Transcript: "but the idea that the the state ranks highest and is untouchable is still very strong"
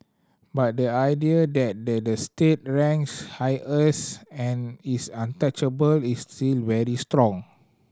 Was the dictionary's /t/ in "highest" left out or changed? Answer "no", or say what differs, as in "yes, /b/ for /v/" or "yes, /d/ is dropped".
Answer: yes, /t/ is dropped